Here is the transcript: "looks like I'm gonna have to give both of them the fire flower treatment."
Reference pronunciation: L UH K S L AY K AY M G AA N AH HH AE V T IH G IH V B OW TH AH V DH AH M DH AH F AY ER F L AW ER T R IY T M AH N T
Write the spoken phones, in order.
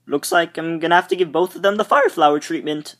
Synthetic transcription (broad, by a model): L UH K S L AY K AY M G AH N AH HH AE F T IH G IH V B OW TH AH V DH AH M DH AH F AY ER F L AW ER T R IY T M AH N T